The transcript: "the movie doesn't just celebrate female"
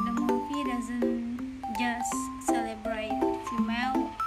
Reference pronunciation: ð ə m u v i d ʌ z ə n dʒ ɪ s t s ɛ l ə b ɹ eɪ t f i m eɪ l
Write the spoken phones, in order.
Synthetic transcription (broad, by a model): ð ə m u p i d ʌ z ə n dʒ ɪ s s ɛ l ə b ɹ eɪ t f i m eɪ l